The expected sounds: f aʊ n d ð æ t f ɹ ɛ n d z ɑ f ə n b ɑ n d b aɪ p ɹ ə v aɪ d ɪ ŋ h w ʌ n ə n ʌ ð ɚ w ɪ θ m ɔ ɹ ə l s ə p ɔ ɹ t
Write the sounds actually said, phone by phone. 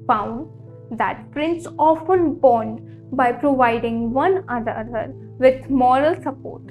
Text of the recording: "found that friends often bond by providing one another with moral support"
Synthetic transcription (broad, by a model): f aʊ n d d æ t p ɹ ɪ n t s ɑ f ə n b ɑ n d b aɪ p ɹ ə v aɪ d ɪ ŋ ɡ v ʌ n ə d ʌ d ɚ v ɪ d m ɔ ɹ ə l s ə p ɔ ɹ t